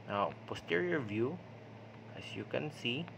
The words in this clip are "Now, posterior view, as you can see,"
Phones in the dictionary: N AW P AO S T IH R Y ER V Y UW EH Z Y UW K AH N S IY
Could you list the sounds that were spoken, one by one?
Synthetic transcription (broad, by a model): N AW P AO S T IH R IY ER V Y UW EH S Y UW K AH N S IY